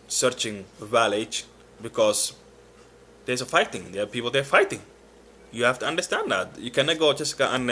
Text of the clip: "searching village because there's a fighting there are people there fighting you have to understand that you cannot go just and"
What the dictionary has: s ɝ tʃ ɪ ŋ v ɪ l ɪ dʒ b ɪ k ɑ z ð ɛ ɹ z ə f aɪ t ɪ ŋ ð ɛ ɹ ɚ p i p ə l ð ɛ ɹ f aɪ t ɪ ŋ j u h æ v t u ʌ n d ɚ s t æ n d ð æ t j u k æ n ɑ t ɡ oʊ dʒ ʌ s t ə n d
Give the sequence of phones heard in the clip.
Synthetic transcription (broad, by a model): s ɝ tʃ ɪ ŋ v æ l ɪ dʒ b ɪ k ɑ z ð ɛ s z ə f aɪ t ɪ ŋ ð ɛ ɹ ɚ p i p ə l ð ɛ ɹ f aɪ t ɪ ŋ j u h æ f t u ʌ n d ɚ s t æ n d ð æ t j u k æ n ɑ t ɡ oʊ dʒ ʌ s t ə n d